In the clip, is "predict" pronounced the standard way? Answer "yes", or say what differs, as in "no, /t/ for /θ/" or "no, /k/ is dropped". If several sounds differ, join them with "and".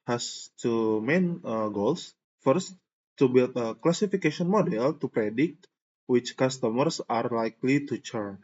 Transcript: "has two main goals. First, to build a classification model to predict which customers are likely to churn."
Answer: yes